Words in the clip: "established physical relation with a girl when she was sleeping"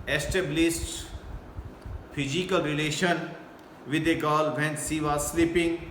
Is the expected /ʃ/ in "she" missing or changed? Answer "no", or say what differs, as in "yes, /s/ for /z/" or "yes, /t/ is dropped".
yes, /s/ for /ʃ/